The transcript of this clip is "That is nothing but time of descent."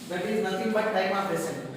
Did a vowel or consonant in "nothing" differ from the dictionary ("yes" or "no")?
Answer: yes